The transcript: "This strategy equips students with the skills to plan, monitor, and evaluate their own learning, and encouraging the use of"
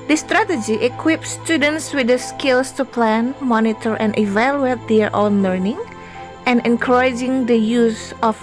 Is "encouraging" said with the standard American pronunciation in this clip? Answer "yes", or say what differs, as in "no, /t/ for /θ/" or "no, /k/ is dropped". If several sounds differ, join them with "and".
yes